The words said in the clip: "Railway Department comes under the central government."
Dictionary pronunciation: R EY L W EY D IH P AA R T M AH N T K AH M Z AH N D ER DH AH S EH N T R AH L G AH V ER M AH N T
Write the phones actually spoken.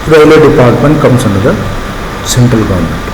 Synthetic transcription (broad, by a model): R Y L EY D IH P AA R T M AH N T K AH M S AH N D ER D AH S EH N T R AH L G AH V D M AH N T